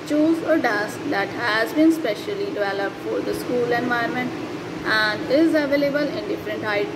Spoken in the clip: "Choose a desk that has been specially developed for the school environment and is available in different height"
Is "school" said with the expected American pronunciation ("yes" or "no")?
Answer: yes